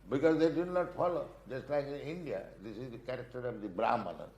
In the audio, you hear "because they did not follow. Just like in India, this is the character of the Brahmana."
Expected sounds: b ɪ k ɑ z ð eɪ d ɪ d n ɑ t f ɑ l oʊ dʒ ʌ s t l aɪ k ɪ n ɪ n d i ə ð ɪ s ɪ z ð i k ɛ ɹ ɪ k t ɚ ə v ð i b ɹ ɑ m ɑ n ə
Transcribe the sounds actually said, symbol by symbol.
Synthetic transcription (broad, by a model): b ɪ k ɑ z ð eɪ d ɪ d n ɑ t f ɑ l oʊ dʒ ʌ s t l aɪ k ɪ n ɪ n d i ə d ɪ s ɪ z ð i k ɛ ɹ ɪ k t ɚ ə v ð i b ɹ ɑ m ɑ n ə